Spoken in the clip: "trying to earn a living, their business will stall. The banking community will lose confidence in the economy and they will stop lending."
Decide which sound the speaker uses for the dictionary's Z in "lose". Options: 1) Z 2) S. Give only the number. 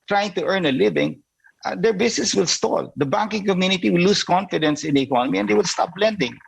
2